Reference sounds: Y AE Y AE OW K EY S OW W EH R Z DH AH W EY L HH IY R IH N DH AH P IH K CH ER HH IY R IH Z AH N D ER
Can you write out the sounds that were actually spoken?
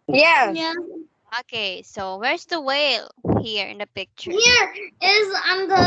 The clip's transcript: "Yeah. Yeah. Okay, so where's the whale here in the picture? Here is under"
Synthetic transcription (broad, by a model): Y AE Y AE OW K EY S OW W EH R Z DH AH W EY L HH IY R IH N DH AH P IH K CH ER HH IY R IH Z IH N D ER